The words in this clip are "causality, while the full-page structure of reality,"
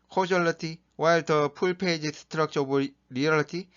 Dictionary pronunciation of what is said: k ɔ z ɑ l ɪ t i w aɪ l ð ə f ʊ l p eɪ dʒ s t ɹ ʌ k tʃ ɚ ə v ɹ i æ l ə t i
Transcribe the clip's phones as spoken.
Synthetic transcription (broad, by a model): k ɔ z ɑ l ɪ t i w aɪ l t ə p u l p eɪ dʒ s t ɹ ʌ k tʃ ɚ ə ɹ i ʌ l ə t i